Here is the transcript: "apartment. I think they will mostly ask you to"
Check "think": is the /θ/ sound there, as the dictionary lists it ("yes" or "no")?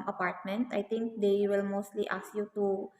no